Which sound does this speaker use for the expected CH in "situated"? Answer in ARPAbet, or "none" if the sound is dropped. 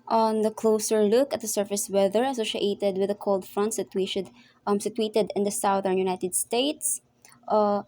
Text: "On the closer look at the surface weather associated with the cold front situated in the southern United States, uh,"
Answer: S